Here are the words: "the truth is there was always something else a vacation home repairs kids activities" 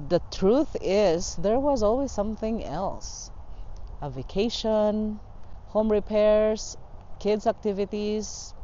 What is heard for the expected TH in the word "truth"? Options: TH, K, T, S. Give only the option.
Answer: TH